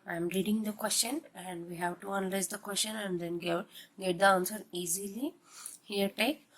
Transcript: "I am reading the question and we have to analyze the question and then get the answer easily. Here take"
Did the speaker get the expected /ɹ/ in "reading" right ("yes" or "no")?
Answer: yes